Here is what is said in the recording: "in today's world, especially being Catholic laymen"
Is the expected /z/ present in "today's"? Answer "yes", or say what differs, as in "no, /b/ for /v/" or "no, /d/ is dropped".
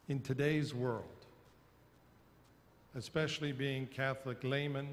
yes